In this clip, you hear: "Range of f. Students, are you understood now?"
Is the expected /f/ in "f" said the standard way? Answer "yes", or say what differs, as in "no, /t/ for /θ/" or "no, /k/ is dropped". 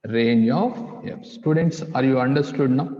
no, /p/ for /f/